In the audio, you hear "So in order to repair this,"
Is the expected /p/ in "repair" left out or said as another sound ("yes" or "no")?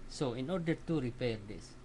no